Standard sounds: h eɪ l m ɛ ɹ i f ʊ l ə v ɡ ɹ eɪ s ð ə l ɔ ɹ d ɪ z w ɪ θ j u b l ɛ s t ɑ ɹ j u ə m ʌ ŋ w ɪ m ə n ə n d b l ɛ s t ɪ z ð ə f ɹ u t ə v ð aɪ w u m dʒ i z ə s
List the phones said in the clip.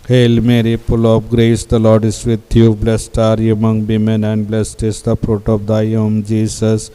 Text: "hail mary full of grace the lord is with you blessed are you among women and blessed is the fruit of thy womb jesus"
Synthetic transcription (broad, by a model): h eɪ l m ɛ ɹ i p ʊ l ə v ɡ ɹ eɪ s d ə l ɔ ɹ d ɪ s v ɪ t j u b l ɛ s t ɑ ɹ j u m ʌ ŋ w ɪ m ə n ə n d b l ɛ s t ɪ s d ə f ɹ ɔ t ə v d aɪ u m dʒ i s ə s